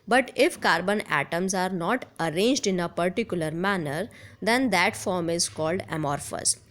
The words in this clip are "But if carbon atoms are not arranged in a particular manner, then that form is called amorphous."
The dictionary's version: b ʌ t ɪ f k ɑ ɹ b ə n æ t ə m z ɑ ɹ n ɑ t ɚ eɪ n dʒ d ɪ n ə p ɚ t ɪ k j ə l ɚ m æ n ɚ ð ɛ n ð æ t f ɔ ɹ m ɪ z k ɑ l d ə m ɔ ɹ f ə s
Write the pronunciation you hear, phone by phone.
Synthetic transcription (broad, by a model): b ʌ t ɪ f k ɑ ɹ b ə n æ t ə m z ɑ ɹ n ɑ t ɚ eɪ n dʒ d ɪ n ə p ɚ t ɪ k j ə l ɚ m æ n ɚ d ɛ n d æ t f ɔ ɹ m ɪ z k ɑ l d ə m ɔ ɹ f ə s